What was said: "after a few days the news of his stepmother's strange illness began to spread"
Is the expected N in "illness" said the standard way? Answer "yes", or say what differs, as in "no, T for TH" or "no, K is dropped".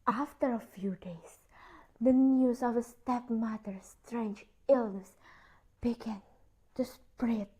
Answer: yes